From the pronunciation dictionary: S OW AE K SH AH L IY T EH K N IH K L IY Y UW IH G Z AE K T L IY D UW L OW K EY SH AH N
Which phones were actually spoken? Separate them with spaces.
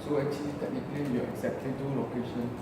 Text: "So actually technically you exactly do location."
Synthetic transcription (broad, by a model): S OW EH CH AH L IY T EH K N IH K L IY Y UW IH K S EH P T IY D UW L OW K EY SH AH N